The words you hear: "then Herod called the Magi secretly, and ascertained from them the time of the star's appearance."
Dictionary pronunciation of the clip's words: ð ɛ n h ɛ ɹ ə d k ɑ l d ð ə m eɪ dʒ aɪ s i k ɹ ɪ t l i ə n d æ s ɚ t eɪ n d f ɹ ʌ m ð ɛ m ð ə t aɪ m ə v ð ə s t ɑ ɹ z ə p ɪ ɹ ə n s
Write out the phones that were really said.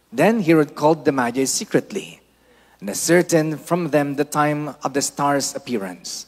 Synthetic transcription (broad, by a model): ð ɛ n h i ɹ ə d k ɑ l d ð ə m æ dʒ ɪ s i k ɹ ɪ t l i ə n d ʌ s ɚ t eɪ n f ɹ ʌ m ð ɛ m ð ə t aɪ m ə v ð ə s t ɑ ɹ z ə p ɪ ɹ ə n s